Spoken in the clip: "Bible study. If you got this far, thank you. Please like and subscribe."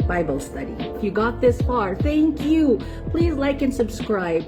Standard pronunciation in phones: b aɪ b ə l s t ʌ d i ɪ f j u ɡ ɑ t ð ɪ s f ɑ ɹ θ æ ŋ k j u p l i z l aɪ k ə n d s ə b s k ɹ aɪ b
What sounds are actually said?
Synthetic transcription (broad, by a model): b aɪ b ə l s t ʌ d i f j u ɡ ɑ t ð ɪ s f ɑ ɹ θ æ ŋ k j u p l i z l aɪ k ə n s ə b s k ɹ aɪ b